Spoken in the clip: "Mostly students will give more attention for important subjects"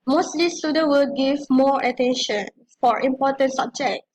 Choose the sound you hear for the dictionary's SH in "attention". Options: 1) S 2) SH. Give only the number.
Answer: 2